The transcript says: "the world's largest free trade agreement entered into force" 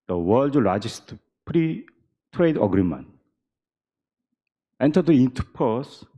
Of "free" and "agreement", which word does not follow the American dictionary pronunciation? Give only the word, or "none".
free